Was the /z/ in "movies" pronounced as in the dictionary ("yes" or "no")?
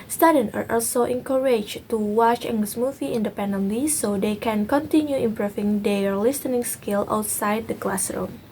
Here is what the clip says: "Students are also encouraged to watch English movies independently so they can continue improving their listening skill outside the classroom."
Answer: no